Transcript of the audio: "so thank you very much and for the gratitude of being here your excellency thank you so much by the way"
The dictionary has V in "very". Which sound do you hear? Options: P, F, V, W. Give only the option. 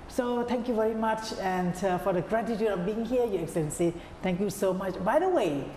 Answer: V